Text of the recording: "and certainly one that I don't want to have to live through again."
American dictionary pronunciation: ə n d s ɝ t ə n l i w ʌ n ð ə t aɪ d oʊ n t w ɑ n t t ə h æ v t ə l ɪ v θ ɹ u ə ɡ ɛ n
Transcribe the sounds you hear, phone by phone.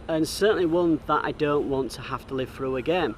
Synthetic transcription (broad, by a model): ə n s ɝ t n l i w ʌ n ð ə t aɪ d oʊ n t w ɑ n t t ə h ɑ f t ə l ɪ v θ ɹ u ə ɡ ɛ n